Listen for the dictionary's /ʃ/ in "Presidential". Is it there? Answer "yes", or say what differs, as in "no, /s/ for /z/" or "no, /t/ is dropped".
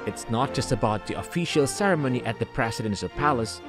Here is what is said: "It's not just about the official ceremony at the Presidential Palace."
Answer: no, /s/ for /ʃ/